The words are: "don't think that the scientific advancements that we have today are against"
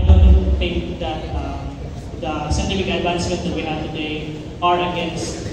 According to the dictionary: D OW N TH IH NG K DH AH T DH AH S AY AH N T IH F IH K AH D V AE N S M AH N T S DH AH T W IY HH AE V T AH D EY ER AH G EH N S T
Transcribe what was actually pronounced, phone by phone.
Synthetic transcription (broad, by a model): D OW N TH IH NG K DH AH T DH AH S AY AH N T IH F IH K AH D B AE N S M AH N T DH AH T W IY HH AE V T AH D EY ER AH G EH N S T